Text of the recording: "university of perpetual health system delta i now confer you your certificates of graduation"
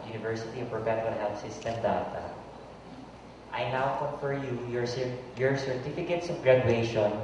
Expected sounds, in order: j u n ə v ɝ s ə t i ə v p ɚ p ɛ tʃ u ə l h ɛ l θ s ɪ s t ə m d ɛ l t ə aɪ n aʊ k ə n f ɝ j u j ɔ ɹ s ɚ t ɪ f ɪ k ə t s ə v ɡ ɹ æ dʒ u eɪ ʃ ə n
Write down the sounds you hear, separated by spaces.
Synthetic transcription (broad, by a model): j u n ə v ɝ s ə t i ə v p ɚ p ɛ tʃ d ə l h ɛ l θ s ɪ s t ə m d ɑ t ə aɪ n aʊ k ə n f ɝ j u j ɔ ɹ s ɚ t ɪ f ɪ k ə t s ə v ɡ ɹ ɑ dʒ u eɪ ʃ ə n